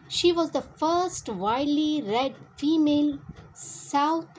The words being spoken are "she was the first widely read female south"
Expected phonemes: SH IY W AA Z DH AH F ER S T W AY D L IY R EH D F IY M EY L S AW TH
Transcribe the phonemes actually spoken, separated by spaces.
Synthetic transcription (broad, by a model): SH IY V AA Z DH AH F ER S T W AY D L IY R EH D F IY M EY L S AW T